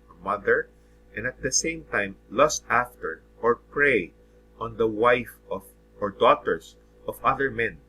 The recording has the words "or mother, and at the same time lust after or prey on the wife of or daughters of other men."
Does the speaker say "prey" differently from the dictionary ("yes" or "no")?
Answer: no